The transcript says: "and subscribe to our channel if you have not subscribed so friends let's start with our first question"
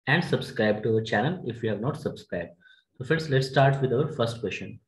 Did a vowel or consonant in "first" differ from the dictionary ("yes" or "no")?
no